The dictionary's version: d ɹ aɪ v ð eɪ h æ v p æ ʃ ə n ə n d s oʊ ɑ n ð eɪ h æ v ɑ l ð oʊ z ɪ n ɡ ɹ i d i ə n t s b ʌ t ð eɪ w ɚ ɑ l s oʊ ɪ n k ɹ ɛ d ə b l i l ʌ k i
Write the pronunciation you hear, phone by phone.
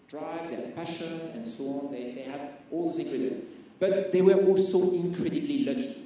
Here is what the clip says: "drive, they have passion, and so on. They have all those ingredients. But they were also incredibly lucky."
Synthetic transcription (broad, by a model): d ɹ aɪ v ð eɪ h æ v p æ ʃ ə n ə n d s oʊ ɑ n ð eɪ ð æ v ɑ l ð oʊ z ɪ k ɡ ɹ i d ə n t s b ʌ t ð eɪ w ɚ ɑ l s oʊ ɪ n k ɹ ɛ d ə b l i l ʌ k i